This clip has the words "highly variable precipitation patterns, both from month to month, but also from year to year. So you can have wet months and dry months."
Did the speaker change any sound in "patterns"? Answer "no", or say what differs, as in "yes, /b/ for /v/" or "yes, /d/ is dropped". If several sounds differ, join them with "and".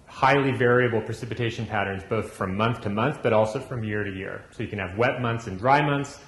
no